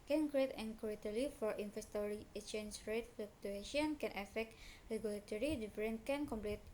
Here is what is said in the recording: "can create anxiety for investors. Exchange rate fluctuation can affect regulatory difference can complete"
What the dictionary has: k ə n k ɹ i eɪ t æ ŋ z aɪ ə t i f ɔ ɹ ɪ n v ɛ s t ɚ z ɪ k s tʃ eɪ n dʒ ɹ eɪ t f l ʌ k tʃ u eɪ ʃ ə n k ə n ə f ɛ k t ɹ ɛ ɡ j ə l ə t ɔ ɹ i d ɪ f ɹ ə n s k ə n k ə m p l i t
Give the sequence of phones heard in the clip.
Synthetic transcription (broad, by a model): k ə n k ɹ i eɪ t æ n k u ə t i f ɔ ɹ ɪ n f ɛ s t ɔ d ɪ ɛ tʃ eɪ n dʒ ɹ eɪ t f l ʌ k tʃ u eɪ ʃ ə n k ə n ə f ɛ k t ɹ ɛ ɡ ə l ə t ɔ ɹ i d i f ɹ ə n k ə n k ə m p l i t